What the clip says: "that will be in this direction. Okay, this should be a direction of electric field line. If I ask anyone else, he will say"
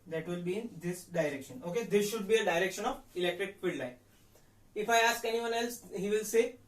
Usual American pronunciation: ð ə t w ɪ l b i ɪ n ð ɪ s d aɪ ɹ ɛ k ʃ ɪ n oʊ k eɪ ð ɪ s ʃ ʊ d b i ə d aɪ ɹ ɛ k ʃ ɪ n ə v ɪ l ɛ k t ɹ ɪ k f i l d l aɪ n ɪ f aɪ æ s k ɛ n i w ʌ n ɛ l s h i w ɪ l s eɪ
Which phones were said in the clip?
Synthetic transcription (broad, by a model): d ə t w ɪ l b i ɪ n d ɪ s d aɪ ɹ ɛ k ʃ ɪ n oʊ k eɪ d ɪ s ʃ ʊ d b i ə d aɪ ɹ ɛ k ʃ ɪ n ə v ɪ l ɛ k t ɹ ɪ k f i d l aɪ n ɪ f aɪ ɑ s k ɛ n i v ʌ n ɛ l s h i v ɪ l s eɪ